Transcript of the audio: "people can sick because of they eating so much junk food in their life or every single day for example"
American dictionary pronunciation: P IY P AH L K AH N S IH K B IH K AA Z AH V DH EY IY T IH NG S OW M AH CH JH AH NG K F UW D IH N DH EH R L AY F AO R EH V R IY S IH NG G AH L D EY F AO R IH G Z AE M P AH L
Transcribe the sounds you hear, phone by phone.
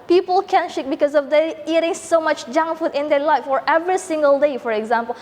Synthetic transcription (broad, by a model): P IY P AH L K AH N SH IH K B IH K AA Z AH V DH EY IY T IH NG S OW M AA CH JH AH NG F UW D IH N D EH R L AY F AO R EH V R IY S IH NG G AH L D EY F AO R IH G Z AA M P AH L